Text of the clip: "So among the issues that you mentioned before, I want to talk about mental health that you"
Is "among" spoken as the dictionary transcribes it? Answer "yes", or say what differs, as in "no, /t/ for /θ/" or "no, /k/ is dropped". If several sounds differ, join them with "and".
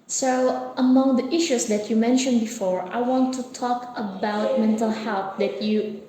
yes